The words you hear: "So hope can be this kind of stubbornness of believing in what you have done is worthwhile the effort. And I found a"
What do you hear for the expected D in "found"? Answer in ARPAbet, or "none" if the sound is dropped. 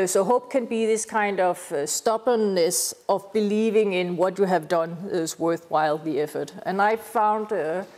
D